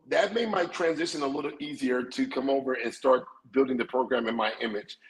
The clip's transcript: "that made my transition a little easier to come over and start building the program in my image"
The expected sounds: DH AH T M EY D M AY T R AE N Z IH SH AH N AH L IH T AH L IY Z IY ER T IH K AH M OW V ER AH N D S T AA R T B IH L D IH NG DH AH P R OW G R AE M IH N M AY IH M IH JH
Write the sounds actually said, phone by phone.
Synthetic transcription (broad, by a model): DH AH T M EY D M AY T R AE N Z IH SH AH N AH L IH T L IY Z IY ER T IH K AH M OW V ER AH N S T AA R T B IH L D IH NG DH AH P R OW G R AE M IH N M AY IH M IH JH